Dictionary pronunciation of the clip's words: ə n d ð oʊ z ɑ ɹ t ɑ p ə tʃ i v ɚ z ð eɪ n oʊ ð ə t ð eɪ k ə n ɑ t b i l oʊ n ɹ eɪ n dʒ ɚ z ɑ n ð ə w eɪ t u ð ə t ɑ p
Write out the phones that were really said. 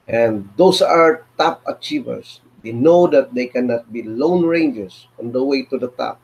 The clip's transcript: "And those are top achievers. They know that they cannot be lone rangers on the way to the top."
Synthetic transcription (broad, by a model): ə n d oʊ s ɑ ɹ t ɑ p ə tʃ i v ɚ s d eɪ n oʊ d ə t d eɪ k ə n ɑ t b i l oʊ n ɹ eɪ n dʒ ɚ s ɑ n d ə w eɪ t u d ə t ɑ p